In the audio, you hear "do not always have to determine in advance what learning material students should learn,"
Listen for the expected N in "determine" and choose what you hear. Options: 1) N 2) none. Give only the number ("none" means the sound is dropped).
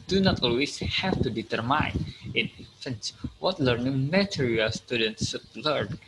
2